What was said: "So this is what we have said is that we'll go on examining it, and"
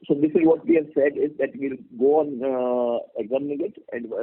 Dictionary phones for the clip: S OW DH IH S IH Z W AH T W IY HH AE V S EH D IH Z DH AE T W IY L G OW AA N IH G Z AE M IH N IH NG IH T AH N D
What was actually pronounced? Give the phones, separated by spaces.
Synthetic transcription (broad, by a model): S OW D IH S IH Z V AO T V IY HH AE V S EH D IH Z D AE T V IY L G OW AA N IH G Z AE M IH N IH NG IH T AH N D